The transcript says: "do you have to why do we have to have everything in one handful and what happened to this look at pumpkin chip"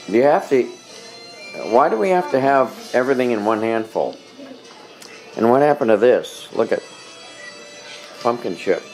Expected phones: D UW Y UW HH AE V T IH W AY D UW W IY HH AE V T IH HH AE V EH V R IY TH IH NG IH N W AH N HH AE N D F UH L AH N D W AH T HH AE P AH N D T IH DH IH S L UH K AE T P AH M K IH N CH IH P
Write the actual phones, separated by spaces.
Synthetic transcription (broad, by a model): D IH Y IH HH AE F T IH W AY D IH W IY HH AE F T IH V EH V R IY TH IH NG IH N W AH N HH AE N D F L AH N W AH T HH AE P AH N T IH DH IH S L UH K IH T P AH M K IH N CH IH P